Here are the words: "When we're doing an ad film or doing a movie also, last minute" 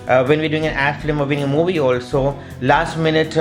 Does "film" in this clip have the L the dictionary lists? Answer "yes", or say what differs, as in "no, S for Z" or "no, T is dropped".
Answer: no, L is dropped